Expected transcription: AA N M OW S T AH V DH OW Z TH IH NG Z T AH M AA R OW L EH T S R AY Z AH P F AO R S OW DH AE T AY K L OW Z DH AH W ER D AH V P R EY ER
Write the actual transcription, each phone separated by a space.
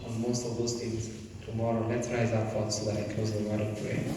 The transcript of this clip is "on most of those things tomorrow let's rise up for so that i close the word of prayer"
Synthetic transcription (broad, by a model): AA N M OW S T AH V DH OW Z T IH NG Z T AH M AA R OW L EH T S R AY Z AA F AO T S OW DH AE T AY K OW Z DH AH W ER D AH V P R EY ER